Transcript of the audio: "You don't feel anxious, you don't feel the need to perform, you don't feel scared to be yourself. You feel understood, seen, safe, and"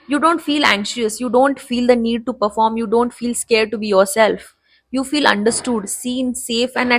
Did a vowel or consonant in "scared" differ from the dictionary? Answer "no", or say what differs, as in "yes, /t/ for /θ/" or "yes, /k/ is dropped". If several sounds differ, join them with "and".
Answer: no